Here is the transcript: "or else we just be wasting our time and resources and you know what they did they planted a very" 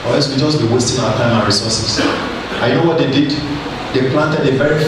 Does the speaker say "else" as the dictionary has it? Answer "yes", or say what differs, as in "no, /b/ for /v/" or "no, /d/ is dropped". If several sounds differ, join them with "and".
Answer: no, /l/ is dropped